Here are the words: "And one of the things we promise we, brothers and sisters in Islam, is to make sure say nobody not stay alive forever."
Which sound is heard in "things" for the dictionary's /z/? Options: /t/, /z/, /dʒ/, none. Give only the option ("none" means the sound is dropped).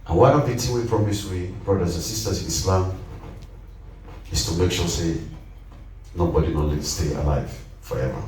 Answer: none